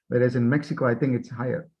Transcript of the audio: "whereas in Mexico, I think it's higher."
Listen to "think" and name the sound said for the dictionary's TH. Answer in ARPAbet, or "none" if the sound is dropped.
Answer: TH